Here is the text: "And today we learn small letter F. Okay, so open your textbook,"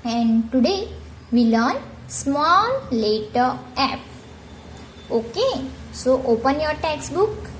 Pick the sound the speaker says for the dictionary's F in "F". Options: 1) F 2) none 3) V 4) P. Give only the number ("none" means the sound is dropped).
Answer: 4